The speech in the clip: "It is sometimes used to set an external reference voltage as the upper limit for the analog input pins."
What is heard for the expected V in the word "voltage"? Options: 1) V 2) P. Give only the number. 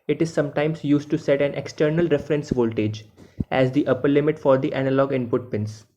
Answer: 1